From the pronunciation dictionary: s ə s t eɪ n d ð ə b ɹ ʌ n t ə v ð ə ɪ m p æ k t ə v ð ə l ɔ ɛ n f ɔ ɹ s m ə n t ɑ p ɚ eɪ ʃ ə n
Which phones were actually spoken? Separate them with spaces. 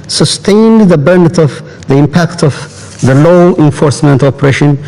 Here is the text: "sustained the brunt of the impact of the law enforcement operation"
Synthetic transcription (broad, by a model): s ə s t eɪ n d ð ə b ʌ n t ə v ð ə ɪ m p æ k t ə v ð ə l ɔ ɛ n f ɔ ɹ s m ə n t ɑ p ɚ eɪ ʃ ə n